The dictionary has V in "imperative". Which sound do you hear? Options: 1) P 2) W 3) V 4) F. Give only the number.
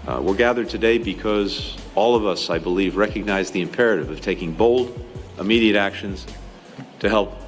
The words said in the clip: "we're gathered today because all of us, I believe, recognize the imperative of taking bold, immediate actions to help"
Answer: 3